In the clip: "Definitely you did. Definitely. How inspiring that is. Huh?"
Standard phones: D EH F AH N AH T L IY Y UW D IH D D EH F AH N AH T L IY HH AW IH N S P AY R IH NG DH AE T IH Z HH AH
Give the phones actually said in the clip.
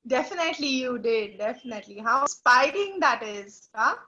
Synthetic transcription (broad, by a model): D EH F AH N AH T L IY Y UW D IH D D EH F AH N AH T L IY HH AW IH S P AY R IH NG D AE T IH Z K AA